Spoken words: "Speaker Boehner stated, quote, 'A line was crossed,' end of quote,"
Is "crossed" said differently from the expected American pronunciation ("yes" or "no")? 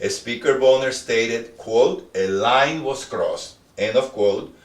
no